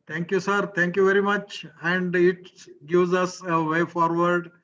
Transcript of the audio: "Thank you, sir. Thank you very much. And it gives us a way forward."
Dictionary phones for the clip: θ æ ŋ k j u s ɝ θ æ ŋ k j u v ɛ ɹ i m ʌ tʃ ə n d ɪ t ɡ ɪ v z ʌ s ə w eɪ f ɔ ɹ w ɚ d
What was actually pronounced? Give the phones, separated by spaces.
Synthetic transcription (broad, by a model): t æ ŋ k j u s ɝ t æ ŋ k j u v ɛ ɹ i m ʌ tʃ ə n d ɪ t ɡ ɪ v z ʌ s ə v eɪ f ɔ ɹ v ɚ d